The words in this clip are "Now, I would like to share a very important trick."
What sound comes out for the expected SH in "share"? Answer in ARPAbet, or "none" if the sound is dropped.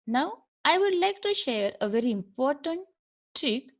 SH